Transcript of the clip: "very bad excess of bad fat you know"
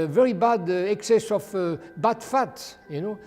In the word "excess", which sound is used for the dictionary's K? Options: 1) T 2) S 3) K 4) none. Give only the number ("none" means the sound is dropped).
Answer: 3